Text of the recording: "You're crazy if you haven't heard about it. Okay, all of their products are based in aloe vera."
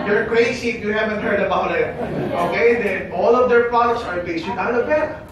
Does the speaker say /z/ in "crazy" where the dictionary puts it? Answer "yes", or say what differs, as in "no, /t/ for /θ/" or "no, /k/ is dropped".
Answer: no, /s/ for /z/